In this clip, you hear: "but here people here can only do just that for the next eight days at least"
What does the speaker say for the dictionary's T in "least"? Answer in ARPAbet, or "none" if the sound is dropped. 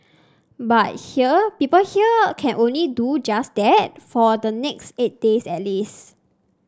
none